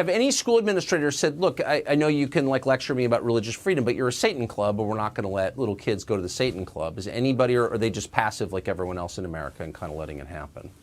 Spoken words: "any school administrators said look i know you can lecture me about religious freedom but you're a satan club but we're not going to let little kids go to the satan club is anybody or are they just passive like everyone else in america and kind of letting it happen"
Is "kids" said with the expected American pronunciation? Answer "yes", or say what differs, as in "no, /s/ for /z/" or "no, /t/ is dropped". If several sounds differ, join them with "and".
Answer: yes